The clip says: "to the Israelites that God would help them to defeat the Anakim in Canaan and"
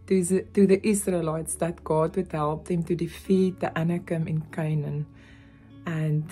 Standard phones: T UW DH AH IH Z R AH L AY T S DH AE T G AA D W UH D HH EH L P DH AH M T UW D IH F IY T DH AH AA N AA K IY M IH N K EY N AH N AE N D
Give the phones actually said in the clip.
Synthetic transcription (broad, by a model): T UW DH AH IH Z R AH L AY T S DH AE T G AA D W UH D HH EH L P DH AH M T UW D IH F IY T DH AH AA N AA K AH M IH N K EY N AH N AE N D